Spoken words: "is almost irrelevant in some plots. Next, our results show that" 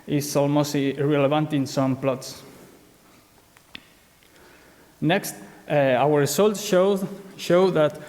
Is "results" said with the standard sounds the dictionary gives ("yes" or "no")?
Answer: no